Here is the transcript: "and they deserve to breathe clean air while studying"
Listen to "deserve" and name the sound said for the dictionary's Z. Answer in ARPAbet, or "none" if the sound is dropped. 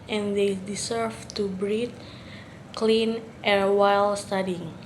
S